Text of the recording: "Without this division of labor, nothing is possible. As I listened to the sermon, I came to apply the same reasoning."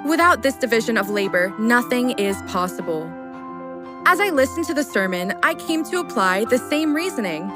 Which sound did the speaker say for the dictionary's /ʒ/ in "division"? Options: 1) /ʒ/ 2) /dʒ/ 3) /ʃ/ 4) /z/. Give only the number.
1